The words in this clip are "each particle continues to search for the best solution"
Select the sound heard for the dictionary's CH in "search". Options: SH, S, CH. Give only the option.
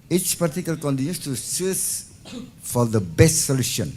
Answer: S